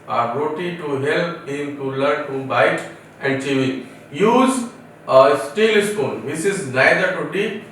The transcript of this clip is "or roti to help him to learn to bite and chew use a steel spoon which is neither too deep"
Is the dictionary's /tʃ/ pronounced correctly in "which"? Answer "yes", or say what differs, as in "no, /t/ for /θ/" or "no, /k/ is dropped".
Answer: no, /s/ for /tʃ/